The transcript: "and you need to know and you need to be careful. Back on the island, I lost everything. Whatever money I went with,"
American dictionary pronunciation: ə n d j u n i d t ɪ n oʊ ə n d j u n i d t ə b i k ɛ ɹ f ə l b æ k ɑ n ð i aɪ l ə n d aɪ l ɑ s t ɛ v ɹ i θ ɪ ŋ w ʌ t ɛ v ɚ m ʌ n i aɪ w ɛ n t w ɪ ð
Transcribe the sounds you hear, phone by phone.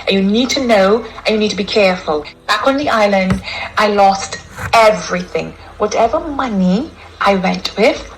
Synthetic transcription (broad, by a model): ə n j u n i d t ɪ n oʊ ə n j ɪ n i d t ə b i k ɛ ɹ f ə l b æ k n ð i aɪ l ə n d aɪ l ɑ s t ɛ v ɹ i θ ɪ ŋ w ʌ t ɛ v ɚ m ʌ n i aɪ w ɛ n t w ɪ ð